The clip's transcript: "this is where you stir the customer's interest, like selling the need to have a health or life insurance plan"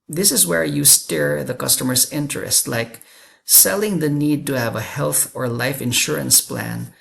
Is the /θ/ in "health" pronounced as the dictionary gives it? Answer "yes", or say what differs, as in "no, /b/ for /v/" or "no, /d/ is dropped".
yes